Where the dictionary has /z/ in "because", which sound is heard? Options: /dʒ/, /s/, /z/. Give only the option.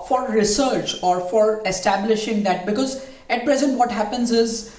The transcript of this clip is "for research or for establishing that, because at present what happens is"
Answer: /z/